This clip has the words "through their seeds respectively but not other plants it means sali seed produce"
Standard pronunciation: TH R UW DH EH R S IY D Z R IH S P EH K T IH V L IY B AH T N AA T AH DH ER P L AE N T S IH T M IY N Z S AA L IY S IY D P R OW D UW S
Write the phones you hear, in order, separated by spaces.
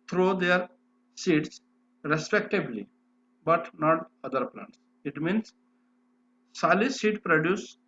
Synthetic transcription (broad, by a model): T R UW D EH R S IY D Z R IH S P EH K T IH B L IY B AH T N AA T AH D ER P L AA N T S IH T M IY N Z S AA L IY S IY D P R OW D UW S